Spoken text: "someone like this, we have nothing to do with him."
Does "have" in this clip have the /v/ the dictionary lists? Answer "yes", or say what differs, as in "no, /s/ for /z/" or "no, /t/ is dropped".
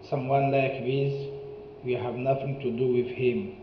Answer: yes